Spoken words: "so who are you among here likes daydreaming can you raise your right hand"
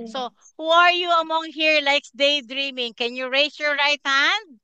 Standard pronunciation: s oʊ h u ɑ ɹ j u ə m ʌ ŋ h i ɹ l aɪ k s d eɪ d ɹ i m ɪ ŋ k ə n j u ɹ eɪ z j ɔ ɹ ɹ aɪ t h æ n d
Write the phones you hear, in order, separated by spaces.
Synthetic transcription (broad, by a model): s oʊ h u ɑ ɹ j u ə m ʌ ŋ h i ɹ l aɪ k s d eɪ d ɹ i m ɪ ŋ k ə n j u ɹ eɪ s j ɔ ɹ ɹ aɪ t h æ n d